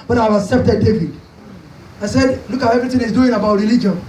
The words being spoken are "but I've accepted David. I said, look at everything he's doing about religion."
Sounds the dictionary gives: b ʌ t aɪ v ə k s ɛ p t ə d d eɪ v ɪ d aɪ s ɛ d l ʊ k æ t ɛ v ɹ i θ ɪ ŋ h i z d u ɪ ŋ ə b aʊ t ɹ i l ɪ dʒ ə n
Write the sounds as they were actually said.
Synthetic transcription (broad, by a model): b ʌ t aɪ v ə k s ɛ p t ə d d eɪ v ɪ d aɪ s ɛ d l ʊ k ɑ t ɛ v ɹ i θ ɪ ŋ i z d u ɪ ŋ ə b aʊ t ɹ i l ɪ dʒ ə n